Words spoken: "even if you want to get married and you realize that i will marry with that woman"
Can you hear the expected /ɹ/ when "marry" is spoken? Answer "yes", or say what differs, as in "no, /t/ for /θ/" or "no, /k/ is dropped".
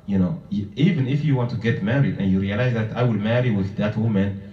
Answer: yes